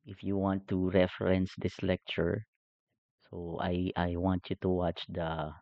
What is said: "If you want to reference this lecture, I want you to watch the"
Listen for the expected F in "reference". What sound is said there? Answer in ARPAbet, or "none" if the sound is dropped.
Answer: F